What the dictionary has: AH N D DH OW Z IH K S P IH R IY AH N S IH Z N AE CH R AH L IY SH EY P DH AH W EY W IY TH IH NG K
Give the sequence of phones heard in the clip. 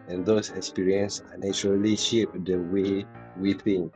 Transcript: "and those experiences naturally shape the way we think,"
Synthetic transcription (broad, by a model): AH N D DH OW S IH K S P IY R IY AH N S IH N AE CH R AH L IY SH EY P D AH W EY W IY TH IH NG